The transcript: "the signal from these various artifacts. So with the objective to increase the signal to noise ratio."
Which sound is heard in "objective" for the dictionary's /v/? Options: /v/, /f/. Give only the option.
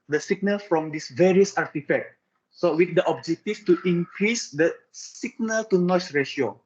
/f/